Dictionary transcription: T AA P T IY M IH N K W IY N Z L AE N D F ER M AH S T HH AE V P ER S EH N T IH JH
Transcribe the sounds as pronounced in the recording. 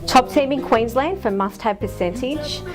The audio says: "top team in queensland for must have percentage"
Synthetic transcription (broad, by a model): T AA P T IY M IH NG K W IY N Z L AE N D F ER M AH S T HH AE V P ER S EH N T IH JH